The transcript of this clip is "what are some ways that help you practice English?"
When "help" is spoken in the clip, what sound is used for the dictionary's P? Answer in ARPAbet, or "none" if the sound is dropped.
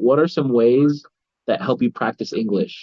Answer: P